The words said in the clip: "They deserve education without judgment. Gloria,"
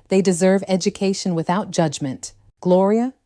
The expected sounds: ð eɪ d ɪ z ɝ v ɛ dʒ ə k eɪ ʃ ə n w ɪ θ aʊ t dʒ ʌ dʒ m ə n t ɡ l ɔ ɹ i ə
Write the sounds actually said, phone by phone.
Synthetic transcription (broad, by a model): ð eɪ d ɪ z ɝ v ɛ dʒ ə k eɪ ʃ ə n w ɪ θ aʊ t dʒ ʌ dʒ m ə n t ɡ l ɔ ɹ i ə